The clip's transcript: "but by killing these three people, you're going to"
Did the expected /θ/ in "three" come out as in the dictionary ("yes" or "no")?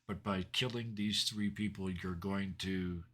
yes